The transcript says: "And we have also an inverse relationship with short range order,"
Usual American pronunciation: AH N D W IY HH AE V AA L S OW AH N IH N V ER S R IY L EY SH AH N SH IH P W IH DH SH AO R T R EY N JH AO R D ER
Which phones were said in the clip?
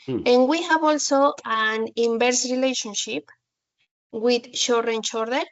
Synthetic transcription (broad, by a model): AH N W IY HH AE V AA L S OW AH N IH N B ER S R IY L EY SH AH N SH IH P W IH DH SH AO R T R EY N CH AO R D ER